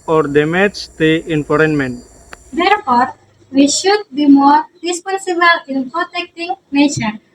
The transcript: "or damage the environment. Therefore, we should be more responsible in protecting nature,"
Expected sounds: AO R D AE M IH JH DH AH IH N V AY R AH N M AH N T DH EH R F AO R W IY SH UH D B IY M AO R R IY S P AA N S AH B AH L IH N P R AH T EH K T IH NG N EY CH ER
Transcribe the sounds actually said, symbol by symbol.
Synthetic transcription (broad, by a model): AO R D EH M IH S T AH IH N F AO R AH N M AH N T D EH R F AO R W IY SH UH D B IY M AO R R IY S P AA N S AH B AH L IH N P R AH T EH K T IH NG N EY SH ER